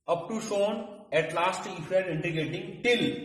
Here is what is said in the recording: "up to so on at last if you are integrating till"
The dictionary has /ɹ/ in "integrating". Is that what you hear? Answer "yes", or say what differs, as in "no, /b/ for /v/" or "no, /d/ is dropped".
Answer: no, /ɹ/ is dropped